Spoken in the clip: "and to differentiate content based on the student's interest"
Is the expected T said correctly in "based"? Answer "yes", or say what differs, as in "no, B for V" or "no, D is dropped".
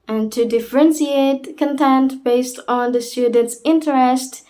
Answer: yes